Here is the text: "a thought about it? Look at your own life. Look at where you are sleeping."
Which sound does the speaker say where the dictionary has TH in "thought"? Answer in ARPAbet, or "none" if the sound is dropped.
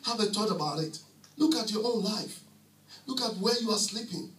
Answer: T